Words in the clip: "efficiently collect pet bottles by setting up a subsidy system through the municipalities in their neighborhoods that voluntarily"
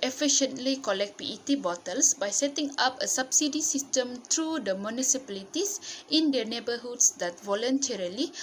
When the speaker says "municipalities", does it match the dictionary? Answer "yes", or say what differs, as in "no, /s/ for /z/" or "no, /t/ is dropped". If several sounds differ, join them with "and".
no, /s/ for /z/